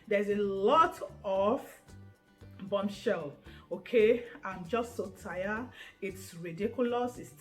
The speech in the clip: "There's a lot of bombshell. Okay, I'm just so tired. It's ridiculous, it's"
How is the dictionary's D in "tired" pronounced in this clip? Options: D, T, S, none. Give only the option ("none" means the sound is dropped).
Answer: none